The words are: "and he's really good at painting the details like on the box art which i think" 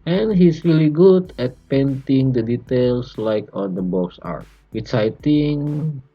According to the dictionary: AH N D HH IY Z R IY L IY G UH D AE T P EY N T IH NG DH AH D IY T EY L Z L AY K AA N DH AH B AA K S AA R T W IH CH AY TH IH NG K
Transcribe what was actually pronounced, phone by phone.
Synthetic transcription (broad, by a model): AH N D HH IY S R IY L IY G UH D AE T P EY N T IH NG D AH D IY T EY L S L AY K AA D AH B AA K S AA R T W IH S AY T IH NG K